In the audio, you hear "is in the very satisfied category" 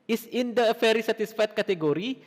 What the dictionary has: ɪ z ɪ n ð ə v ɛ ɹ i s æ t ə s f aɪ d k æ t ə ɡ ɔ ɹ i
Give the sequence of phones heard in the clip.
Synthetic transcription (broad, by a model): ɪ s ɪ n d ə f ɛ ɹ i s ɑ t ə s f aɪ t k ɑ t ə ɡ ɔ ɹ i